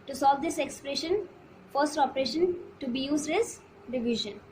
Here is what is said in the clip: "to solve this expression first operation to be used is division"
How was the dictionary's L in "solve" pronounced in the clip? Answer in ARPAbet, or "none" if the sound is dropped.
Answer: L